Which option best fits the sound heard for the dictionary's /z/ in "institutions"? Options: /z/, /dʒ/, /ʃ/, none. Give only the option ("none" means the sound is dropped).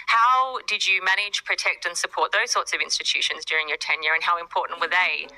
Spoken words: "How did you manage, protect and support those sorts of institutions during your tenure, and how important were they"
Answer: /z/